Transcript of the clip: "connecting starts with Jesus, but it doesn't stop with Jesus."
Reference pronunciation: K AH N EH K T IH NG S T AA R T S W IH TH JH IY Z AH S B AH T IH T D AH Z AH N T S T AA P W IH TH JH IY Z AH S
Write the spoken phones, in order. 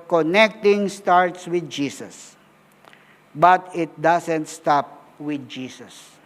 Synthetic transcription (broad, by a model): K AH N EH K T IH NG S T AA R T S W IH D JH IY S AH S B AH T IH T D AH S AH N T S T AA P W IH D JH IY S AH S